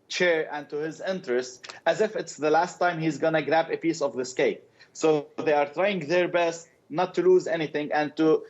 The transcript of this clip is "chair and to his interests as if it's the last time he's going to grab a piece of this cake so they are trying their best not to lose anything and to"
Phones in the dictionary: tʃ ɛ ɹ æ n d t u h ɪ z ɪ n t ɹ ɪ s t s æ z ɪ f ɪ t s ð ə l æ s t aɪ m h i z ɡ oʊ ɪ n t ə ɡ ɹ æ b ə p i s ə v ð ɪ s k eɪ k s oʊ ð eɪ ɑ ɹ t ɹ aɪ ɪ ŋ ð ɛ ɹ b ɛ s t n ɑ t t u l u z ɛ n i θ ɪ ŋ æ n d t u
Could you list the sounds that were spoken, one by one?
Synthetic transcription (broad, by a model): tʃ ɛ ɹ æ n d t u h ɪ z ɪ n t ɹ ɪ s t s æ z ɪ f ɪ t s ð ə l æ s t aɪ m h i z ɡ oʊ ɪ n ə ɡ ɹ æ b ə p i s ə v ð ɪ s k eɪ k s oʊ ð eɪ ɑ ɹ t ɹ aɪ ɪ ŋ ð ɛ ɹ b ɛ s t n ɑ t t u l u z ɛ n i θ ɪ ŋ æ n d t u